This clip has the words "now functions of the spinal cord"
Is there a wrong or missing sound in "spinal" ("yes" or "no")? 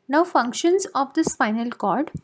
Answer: yes